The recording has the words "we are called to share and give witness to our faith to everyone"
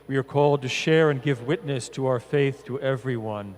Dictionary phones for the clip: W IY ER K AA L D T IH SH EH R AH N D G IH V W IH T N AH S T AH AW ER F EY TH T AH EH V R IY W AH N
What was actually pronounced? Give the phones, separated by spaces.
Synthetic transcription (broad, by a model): W IY ER K AA L D T IH SH EH R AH N G IH V W IH T N AH S T AH AW ER F EY TH T AH EH V R IY W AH N